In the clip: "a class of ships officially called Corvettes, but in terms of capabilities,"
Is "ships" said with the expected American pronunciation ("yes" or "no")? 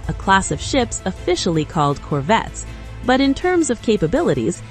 yes